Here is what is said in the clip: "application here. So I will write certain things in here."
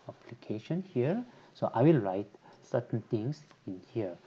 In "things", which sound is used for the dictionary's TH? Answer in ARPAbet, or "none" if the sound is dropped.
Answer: T